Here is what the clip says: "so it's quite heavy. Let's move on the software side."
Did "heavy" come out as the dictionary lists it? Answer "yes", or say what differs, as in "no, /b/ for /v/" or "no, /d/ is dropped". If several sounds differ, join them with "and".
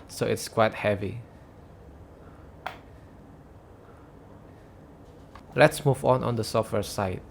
yes